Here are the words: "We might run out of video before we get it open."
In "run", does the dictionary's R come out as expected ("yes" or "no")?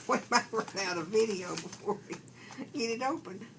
no